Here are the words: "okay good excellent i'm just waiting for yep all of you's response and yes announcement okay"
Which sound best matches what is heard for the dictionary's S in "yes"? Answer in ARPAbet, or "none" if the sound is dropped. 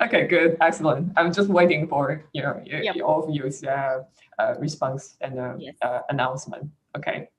none